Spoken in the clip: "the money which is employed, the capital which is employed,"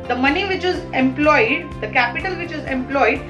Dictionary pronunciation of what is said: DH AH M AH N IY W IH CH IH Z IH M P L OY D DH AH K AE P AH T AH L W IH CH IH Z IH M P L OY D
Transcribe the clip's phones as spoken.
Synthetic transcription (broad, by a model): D AH M AH N IY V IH CH IH Z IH M P L OY D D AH K AE P AH T AH L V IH CH IH Z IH M P L OY D